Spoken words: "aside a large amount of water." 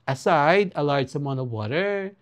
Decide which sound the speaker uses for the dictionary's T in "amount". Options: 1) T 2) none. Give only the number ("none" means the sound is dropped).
2